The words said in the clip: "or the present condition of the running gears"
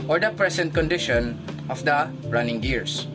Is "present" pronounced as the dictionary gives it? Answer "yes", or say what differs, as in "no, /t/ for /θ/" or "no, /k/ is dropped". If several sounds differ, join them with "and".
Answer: no, /s/ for /z/